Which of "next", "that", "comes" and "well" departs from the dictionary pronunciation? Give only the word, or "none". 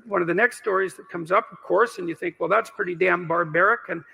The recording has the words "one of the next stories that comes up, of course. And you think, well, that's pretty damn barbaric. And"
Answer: none